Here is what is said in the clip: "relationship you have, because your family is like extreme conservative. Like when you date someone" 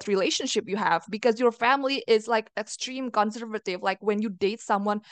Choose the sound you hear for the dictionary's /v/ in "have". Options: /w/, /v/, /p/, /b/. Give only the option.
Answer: /v/